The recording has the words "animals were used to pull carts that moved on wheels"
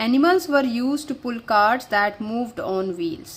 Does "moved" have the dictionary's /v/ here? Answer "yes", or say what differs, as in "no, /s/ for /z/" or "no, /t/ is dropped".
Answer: yes